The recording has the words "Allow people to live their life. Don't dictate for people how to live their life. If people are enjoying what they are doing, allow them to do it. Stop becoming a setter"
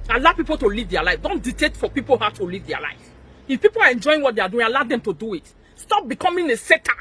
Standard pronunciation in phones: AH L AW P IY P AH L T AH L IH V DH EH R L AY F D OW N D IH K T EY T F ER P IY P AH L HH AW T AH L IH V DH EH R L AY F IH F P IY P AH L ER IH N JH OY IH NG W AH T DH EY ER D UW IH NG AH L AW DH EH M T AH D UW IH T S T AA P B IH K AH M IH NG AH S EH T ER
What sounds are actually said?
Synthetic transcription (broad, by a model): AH L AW P IY P AH L T AH L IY V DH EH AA L AY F D OW N D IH T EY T F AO P IY P AH L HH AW T AH L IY V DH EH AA L AY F IH F P IY P AH L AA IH N JH OY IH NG W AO T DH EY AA D UW IH NG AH L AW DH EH M T AH D UW IH T S T AA P B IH K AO M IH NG AH S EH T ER